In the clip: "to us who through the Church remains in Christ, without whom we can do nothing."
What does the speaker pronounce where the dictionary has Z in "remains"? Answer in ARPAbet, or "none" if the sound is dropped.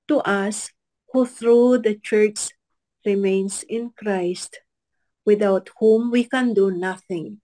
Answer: S